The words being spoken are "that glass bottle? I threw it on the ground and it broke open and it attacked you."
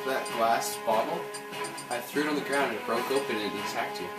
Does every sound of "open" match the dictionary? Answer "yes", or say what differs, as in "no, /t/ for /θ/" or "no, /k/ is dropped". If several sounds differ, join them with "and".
no, /p/ is dropped